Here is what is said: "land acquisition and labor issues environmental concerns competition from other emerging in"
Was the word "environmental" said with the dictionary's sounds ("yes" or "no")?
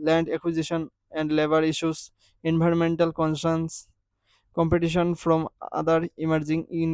no